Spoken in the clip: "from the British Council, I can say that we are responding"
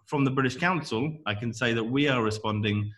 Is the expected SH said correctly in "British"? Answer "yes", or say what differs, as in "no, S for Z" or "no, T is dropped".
yes